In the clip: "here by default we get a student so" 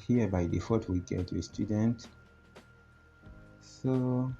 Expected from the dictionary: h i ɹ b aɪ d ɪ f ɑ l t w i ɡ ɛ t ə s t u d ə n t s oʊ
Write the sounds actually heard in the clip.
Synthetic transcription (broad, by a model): h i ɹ b aɪ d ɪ f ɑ t w i ɡ ɛ t ə s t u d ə n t s oʊ